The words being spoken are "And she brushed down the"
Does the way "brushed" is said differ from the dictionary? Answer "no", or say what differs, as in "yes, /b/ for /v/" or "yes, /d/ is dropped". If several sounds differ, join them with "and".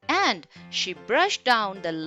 no